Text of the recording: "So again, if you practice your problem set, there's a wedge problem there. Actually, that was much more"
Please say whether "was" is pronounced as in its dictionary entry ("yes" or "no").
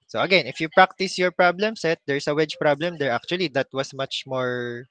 no